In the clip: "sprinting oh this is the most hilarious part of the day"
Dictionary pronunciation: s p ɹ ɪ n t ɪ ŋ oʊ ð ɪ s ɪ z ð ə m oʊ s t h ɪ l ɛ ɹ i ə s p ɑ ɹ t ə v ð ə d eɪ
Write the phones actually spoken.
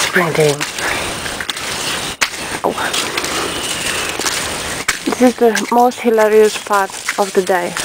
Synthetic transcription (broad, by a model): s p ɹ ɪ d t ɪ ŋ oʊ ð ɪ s ɪ z ð ə m oʊ s t h ɪ l ɛ ɹ i ə s p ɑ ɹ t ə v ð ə d eɪ